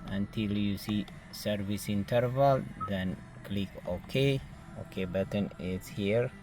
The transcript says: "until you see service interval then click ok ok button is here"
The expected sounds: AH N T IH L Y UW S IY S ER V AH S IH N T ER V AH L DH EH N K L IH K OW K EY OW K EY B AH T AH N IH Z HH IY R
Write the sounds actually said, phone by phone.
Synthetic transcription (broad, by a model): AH N T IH L Y UW S IY S ER V AH S IH N T ER V AH L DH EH N K L IH K OW K EY OW K EY B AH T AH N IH S HH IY R